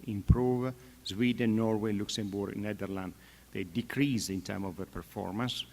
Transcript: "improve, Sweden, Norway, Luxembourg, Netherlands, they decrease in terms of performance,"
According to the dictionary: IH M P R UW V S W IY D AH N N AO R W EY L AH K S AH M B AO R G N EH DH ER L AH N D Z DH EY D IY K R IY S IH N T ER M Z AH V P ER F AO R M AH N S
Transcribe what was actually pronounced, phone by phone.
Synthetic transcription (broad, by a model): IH M P R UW V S W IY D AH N N AO R W EY L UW K S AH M B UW R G N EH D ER L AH N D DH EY D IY K R IY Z IH N T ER M AH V P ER F AO R M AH N S